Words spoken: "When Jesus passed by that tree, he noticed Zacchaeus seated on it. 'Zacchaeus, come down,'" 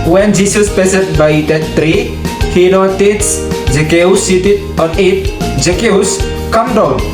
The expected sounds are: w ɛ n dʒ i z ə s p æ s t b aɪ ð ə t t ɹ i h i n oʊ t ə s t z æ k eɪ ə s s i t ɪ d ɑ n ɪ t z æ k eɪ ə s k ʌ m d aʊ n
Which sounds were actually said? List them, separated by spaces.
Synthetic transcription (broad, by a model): w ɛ n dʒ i s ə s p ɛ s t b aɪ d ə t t ɹ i h i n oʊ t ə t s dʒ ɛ k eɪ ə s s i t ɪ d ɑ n ɪ t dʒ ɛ k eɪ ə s k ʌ m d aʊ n